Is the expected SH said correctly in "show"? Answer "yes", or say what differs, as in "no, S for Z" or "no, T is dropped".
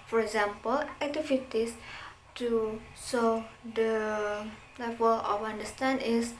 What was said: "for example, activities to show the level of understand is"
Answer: no, S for SH